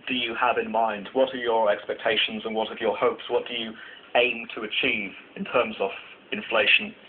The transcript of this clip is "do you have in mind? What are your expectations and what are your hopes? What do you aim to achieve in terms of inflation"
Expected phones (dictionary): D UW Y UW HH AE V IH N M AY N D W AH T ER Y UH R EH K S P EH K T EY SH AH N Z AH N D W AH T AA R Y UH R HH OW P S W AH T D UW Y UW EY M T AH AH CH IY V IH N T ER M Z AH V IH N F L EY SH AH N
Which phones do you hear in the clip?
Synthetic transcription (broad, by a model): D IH Y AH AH V IH N M AY N D W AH T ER Y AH R EH K S P EH K T EY SH AH N Z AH N W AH T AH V Y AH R HH OW P S W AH T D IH Y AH EY M T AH AH CH IY V IH N T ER M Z AH V IH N F L EY SH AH N